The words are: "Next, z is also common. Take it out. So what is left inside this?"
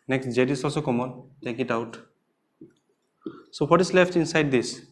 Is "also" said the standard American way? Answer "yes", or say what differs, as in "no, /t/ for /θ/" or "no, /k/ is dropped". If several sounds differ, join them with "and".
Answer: no, /l/ is dropped